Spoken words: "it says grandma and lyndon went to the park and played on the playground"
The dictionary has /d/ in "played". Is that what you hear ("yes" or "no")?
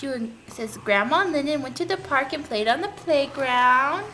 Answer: yes